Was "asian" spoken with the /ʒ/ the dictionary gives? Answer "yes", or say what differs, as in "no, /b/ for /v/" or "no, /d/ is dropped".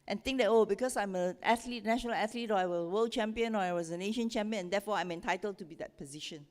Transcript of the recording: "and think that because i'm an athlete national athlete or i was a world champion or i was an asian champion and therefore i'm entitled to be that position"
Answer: no, /ʃ/ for /ʒ/